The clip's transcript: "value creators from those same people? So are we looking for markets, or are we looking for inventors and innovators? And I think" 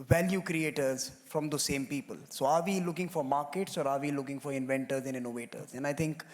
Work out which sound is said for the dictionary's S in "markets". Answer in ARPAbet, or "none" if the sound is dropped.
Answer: S